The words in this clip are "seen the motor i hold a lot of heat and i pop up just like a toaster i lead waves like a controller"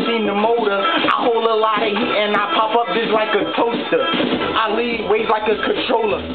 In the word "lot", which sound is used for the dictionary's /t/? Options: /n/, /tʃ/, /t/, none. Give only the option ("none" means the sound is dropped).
none